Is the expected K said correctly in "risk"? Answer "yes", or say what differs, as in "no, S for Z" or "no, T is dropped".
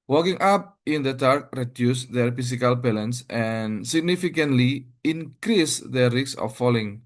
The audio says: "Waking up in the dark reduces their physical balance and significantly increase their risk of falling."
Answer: no, K is dropped